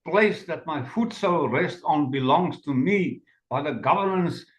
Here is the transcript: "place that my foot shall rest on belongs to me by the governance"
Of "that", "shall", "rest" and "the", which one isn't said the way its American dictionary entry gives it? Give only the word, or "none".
shall